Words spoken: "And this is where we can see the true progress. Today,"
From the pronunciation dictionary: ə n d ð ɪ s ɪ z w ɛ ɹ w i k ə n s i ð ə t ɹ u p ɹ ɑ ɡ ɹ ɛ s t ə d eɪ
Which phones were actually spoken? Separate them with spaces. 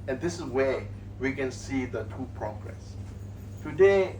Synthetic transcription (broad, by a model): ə n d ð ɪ s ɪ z w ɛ w i k ə n s i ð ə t u p ɹ ɑ ɡ ɹ ɛ s t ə d eɪ